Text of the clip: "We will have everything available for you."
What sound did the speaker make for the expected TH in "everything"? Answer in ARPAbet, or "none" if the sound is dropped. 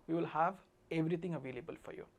T